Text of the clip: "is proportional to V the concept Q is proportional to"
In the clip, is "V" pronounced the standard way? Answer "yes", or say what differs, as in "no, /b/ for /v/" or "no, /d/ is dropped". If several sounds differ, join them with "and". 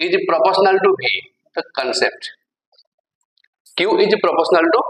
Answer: no, /b/ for /v/